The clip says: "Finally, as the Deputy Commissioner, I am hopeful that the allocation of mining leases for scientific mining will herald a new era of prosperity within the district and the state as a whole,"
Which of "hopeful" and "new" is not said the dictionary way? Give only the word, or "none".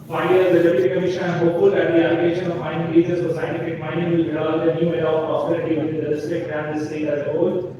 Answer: hopeful